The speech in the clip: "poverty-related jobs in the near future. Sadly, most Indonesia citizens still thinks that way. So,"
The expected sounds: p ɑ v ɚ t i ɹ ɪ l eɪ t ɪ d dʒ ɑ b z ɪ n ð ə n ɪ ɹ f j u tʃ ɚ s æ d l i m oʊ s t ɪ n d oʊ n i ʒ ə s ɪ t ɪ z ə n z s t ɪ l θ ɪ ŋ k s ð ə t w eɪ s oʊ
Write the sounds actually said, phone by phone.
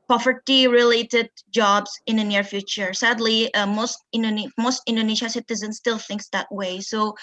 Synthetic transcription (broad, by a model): p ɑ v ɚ t i ɹ ɪ l eɪ t ɪ d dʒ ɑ b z ɪ n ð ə n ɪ ɹ f j u tʃ ɚ s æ d l i m oʊ s t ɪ n d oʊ n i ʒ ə s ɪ t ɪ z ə n s t ɪ l θ ɪ ŋ k s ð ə t w eɪ s oʊ